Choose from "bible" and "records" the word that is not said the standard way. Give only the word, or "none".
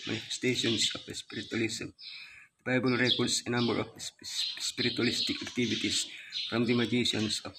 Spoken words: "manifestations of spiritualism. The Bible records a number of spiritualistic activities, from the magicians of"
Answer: records